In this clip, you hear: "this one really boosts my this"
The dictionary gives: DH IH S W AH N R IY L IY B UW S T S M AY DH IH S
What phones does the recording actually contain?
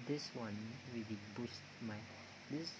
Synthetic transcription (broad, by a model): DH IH S W AH N W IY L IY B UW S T M AY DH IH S